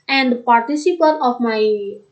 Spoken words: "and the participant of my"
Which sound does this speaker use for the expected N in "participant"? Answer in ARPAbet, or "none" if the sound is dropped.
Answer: none